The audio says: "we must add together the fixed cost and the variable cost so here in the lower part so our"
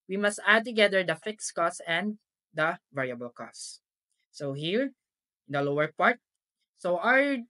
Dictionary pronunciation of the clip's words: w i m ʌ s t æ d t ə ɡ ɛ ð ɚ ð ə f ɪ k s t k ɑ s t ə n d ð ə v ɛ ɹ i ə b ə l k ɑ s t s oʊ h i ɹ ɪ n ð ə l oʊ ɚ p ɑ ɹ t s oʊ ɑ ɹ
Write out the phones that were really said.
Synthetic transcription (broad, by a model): w i m ʌ s t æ d t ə ɡ ɛ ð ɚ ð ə f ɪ k s k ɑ s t ə n d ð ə v ɛ ɹ i ə b ə l k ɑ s s oʊ h i ɹ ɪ n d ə l oʊ ɚ p ɑ ɹ t s oʊ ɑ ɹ